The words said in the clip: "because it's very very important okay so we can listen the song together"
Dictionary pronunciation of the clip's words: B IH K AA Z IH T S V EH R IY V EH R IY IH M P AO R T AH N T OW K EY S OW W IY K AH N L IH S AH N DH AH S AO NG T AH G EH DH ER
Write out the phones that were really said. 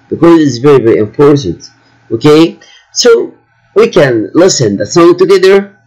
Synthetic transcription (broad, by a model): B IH K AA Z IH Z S V EH R IY V EH R IY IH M F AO R S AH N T OW K EY S OW W IY K AH N L IH S AH N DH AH S AO NG T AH G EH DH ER